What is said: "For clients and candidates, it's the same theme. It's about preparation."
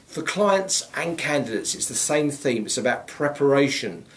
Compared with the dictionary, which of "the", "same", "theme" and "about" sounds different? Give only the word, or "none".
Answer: none